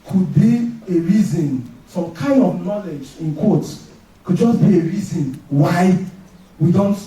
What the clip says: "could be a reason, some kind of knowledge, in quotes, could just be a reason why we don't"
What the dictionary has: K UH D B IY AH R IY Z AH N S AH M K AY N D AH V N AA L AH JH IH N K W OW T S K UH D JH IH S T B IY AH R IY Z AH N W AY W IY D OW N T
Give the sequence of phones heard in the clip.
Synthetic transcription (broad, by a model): K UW D B IY AH R IY Z AH N S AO M K AY N D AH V N AA L AH JH IH N K W OW T K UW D JH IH S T B IY AH R IY Z AH N W AY W IY D OW N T